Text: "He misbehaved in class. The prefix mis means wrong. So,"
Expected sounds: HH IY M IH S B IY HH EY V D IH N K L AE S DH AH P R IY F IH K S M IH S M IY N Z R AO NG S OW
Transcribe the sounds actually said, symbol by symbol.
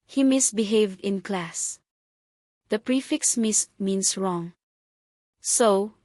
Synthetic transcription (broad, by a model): HH IY M IH S B IY HH EY V D IH N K L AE S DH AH P R IY F IH K S M IH S M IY N S R AO NG S OW